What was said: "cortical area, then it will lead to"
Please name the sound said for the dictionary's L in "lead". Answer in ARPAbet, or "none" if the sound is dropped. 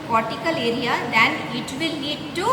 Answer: N